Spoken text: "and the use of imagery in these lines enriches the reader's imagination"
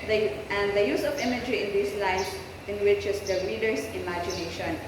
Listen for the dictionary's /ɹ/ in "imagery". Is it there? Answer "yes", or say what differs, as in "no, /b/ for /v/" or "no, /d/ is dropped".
yes